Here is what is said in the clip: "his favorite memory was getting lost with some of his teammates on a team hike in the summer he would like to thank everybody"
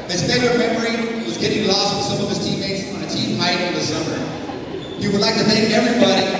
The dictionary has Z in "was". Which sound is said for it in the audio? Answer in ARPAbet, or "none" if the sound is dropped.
Z